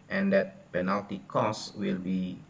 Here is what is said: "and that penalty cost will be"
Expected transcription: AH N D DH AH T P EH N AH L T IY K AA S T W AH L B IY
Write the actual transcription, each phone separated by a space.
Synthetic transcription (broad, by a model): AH N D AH T P EH N AH L T IY K AA S W AH L B IY